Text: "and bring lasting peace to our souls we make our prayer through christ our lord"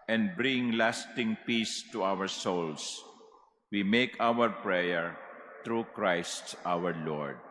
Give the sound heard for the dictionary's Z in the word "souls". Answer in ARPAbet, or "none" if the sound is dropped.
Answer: S